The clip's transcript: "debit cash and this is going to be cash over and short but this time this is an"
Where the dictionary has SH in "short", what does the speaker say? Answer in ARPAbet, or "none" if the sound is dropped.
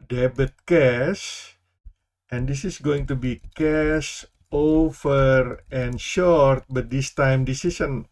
SH